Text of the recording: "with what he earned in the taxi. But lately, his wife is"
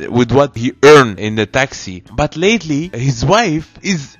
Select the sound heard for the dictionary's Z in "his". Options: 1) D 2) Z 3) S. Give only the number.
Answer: 2